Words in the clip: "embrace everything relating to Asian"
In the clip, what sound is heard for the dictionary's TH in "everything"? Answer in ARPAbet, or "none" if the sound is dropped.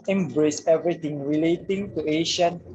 T